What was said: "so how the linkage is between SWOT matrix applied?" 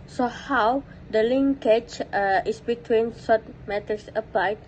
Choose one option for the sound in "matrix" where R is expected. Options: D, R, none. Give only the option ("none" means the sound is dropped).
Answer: none